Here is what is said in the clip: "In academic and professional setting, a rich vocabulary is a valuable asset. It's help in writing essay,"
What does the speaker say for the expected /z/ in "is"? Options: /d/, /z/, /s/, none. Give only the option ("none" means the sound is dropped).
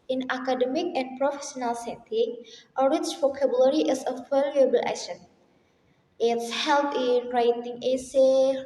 /s/